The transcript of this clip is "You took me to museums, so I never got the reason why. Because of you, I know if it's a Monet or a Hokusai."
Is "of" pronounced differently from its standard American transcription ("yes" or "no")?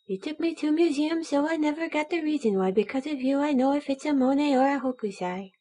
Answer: no